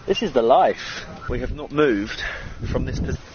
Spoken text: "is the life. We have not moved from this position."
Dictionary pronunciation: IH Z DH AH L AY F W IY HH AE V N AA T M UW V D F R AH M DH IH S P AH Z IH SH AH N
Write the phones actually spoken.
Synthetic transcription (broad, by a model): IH Z DH AH L AY F W IY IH V N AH T M UW V D F R AH M DH IH S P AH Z